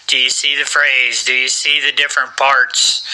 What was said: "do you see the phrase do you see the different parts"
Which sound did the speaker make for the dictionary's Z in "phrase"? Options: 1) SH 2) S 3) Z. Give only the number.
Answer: 3